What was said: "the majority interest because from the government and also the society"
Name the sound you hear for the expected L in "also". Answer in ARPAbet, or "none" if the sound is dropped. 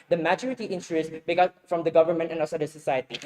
none